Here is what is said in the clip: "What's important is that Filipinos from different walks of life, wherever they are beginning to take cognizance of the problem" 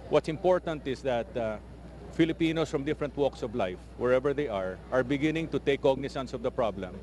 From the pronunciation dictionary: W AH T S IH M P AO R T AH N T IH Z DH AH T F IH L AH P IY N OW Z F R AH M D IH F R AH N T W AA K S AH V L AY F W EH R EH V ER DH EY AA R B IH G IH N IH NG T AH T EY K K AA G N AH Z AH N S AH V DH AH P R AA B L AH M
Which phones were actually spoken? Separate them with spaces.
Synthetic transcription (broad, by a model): W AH T S IH M P AO R T AH N T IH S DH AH T F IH L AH P IY N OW S F R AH M D IH F R AH N T W AA K S AH V L AY F W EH R EH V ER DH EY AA R B IH G IH N IH NG T AH T EY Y K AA G N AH S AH N S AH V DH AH P R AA B L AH M